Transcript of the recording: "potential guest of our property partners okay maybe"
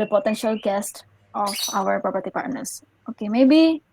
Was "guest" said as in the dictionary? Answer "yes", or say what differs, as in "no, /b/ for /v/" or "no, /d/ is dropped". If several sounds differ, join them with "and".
yes